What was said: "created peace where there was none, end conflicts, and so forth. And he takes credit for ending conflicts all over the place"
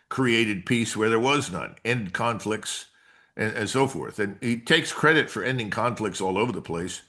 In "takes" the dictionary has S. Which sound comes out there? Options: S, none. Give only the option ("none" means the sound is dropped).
S